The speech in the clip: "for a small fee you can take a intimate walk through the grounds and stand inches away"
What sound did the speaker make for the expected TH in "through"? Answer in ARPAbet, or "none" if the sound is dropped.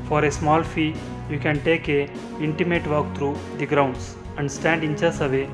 T